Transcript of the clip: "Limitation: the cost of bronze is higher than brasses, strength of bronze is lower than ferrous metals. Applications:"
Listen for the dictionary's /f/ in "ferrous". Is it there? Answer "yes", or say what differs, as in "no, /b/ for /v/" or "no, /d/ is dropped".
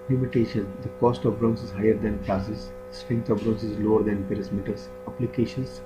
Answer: no, /p/ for /f/